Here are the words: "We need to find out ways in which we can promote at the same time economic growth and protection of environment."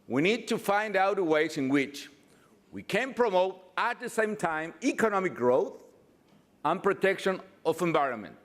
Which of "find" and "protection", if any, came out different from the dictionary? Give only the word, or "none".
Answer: none